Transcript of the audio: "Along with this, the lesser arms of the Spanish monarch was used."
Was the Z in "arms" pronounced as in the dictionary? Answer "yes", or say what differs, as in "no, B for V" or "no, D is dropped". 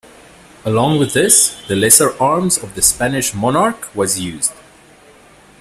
yes